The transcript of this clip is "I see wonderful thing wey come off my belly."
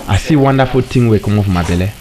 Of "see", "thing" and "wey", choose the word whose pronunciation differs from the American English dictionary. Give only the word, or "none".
thing